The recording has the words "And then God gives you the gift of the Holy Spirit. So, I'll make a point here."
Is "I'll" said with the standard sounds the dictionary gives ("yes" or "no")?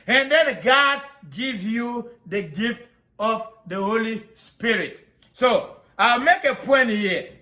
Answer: yes